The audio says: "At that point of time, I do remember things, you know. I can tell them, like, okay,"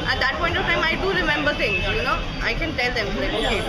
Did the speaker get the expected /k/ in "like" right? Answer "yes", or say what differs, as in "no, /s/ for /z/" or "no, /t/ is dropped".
no, /k/ is dropped